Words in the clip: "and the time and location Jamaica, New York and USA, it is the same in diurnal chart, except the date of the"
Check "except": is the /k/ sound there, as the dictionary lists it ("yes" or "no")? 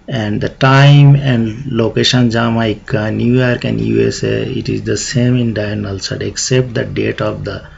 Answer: yes